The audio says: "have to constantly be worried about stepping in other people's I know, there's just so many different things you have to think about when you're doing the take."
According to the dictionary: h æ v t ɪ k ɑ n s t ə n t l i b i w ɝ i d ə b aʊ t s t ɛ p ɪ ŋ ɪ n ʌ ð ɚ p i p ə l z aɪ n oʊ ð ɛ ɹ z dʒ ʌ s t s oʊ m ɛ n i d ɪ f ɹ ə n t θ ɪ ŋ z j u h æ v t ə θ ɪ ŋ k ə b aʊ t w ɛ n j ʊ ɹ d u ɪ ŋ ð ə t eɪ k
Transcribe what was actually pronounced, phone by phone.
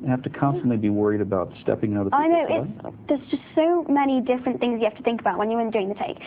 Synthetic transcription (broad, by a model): h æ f t ɪ k ɑ n s t ə n t l i b i w ɝ i d ə b aʊ t s t ɛ p ɪ ŋ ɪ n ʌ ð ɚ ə aɪ n oʊ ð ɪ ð z dʒ ʌ s t s oʊ m ɛ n i d ɪ f ɹ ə n θ ɪ ŋ z j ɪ h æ f t ə θ ɪ ŋ k ə b aʊ t w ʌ n j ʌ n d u ɪ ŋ ð ə t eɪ k